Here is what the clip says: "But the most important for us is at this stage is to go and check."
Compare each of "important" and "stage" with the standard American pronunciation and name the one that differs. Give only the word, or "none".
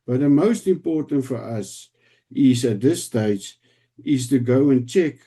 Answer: none